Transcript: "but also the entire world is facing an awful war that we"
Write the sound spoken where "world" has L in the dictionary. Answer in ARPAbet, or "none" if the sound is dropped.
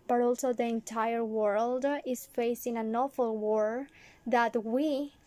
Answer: L